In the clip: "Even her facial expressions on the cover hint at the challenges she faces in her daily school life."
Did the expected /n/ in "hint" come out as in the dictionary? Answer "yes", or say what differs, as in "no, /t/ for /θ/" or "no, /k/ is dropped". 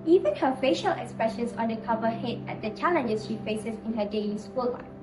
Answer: no, /n/ is dropped